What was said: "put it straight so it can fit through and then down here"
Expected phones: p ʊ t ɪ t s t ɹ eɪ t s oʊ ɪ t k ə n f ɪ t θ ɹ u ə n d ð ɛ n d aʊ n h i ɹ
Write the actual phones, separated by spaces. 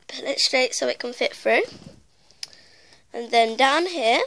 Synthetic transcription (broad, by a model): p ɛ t ɪ t s t ɹ eɪ t s oʊ ɪ t k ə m f ɪ t f ɹ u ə n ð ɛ n d aʊ n h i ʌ